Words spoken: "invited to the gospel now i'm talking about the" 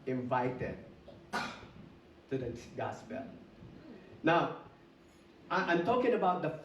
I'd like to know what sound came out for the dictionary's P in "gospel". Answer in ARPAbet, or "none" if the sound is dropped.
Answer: B